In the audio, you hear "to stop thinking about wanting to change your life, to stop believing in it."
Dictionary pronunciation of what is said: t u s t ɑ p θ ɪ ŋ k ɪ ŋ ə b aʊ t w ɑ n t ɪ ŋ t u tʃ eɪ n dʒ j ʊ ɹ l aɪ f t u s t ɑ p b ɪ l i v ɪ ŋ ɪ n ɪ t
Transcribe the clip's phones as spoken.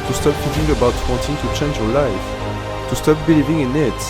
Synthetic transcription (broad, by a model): t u s t ɑ p t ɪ k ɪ ŋ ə b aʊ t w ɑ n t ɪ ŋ t u tʃ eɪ n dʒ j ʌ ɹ l aɪ f t u s t ɑ p b ɪ l i v ɪ ŋ ɪ n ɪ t